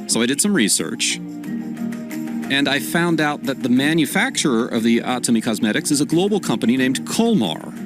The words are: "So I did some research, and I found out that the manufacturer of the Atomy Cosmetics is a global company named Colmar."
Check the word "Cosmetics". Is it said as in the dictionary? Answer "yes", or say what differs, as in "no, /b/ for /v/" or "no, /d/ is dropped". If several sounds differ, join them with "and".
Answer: yes